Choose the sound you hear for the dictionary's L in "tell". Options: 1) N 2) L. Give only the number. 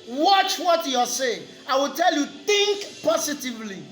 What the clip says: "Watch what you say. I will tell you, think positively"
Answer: 2